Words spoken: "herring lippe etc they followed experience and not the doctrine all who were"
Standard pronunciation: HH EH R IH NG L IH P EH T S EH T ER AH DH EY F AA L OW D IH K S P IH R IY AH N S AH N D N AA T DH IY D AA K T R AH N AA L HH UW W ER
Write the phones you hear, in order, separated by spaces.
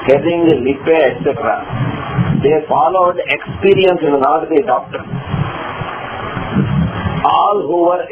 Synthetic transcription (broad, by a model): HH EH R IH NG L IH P EH T S EH T ER AH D EY F AA L OW D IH K S P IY R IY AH N S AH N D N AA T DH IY D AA K T AH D AA L HH UW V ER